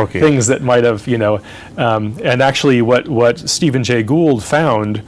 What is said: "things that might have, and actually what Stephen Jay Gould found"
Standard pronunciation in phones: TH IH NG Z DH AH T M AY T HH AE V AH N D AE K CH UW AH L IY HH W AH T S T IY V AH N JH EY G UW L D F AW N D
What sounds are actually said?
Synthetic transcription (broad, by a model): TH IH NG Z DH AH T M AY T HH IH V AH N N AE K CH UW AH W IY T W AH T S T IY V AH N JH EY G UW L D F AW N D